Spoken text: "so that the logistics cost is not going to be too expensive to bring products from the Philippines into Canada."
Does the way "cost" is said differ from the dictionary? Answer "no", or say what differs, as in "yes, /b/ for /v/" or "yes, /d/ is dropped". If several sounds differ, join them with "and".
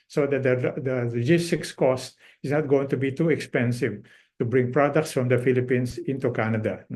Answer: no